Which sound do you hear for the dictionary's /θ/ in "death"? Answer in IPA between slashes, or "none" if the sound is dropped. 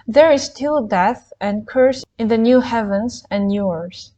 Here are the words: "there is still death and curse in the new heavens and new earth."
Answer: /θ/